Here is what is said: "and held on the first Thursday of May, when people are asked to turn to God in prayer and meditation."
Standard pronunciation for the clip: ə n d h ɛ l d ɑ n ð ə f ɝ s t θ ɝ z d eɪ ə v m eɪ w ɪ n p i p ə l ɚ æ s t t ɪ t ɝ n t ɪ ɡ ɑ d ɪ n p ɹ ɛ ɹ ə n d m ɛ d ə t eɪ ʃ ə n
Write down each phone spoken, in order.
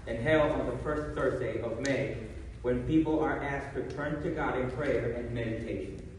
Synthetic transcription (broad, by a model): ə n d h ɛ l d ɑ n ð ə f ɝ s t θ ɝ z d eɪ ə v m eɪ w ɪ n p i p l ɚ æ s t t ɪ t ɝ n t ɪ ɡ ɑ d ɪ n p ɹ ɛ ɹ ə n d m ɛ d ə t eɪ ʃ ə n